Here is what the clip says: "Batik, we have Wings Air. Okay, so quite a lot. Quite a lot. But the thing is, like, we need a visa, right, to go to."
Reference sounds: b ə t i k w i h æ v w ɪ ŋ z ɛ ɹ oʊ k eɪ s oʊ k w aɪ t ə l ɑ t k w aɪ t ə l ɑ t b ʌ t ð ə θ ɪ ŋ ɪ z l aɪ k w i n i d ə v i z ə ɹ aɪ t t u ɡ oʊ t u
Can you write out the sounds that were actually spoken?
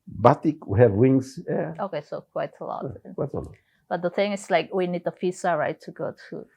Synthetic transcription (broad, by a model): b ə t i k w i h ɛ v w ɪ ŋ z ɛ oʊ k eɪ s oʊ k w aɪ t ə l ɑ t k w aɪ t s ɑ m b ʌ t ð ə θ ɪ ŋ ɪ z l aɪ k w i n i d ə f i s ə ɹ aɪ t t u ɡ oʊ t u